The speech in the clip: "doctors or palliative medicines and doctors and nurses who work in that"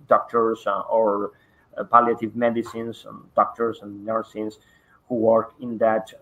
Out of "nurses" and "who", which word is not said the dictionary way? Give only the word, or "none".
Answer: nurses